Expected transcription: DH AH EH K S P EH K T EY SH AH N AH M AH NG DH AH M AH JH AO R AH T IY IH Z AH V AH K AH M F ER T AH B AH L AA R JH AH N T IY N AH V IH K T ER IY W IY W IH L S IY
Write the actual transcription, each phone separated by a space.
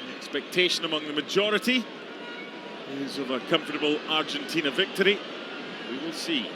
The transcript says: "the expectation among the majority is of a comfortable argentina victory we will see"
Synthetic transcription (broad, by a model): EH K S P EH K T EY SH AH N AH M AH NG DH AH M AH JH AO R AH T IY IH Z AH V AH K AH M F ER T AH B AH L AA R JH AH N T IY N AH V IH K T ER IY W IY W IH L S IY